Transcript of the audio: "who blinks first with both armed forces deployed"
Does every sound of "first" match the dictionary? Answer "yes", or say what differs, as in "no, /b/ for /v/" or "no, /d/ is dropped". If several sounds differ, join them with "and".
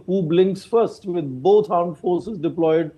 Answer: yes